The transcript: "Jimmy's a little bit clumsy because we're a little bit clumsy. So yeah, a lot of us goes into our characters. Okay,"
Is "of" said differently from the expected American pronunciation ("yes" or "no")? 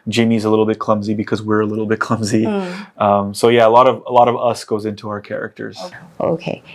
no